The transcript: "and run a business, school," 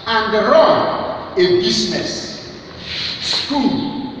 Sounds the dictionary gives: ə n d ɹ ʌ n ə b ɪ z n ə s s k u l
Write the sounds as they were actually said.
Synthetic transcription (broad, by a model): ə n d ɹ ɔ ə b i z n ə s s k u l